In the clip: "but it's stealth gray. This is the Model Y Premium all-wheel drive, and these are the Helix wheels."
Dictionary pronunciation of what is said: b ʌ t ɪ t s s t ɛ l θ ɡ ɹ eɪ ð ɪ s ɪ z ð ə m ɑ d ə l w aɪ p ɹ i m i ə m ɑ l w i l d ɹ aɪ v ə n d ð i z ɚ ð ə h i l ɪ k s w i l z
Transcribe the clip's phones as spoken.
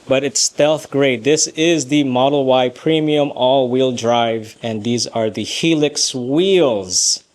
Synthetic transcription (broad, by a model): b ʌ t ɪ t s s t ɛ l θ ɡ ɹ eɪ ð ɪ s ɪ z ð ə m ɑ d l w aɪ p ɹ i m i ə m ɑ l w i l d ɹ aɪ v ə n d ð i z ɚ ð ə h i l ɪ k s w i l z